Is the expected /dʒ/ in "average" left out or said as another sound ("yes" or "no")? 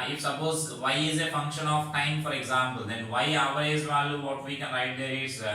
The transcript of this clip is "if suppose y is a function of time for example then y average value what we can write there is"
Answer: yes